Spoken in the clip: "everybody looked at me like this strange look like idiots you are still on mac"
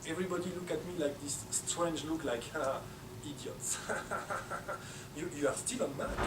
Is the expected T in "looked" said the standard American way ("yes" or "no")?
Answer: no